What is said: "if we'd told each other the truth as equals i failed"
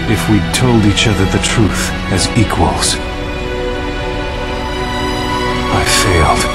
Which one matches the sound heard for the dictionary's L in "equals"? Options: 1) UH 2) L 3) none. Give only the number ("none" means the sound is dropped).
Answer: 2